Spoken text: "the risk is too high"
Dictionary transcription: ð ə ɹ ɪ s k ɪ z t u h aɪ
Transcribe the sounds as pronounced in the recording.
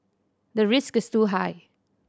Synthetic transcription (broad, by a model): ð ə ɹ ɪ s k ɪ s t u h aɪ